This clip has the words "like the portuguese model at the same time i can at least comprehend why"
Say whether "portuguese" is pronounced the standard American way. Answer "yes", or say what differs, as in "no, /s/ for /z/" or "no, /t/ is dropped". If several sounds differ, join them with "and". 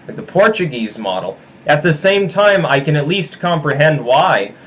yes